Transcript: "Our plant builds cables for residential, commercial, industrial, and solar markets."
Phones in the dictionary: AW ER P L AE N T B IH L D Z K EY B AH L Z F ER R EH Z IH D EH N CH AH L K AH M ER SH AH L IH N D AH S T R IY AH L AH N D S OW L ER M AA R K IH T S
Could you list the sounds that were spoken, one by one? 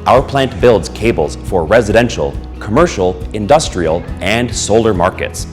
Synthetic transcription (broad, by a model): AW ER P L AE N T B IH L D Z K EY B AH L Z F ER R EH Z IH D EH N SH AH L K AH M ER SH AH L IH N D AH S T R IY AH L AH N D S OW L ER M AA R K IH T S